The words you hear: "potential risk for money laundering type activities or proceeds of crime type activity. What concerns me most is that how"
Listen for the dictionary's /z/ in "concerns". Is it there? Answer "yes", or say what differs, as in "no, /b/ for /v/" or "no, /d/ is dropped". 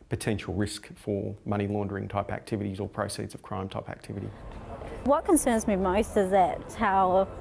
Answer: yes